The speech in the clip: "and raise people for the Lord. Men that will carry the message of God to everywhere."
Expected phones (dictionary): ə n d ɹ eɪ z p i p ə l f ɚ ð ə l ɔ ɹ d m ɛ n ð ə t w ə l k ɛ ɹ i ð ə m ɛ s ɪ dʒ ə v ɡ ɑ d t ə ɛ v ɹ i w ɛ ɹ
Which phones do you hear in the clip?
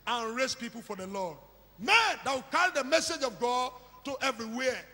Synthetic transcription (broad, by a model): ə n ɹ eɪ s p i p ə l f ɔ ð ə l ɔ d m ɛ n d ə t w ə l k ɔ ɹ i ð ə m ɛ s ɪ dʒ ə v ɡ ɑ d t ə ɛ v ɹ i w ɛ